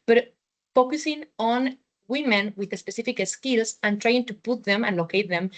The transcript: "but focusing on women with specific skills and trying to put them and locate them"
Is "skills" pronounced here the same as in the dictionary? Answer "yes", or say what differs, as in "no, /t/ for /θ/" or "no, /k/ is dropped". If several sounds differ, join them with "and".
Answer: no, /s/ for /z/